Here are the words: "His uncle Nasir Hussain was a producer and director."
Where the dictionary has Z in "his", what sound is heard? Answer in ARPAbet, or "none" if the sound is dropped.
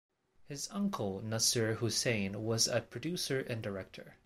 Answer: Z